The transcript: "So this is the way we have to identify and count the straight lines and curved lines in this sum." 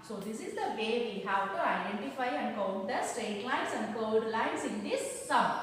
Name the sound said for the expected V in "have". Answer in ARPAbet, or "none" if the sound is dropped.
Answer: W